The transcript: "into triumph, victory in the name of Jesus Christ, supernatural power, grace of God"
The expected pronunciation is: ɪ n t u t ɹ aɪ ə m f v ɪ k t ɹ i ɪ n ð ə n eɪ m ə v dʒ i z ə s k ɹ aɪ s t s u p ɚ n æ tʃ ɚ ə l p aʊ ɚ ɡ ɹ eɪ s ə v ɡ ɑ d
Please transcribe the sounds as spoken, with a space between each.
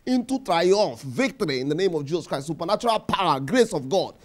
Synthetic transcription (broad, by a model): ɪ n t u t ɹ aɪ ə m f v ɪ k t ɹ i ɪ n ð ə n eɪ m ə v dʒ i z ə s k ɹ aɪ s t s u p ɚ n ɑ tʃ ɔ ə l p aʊ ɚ ɡ ɹ eɪ s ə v ɡ ɑ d